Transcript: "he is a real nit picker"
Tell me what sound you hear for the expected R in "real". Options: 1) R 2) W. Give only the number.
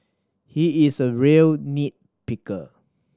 1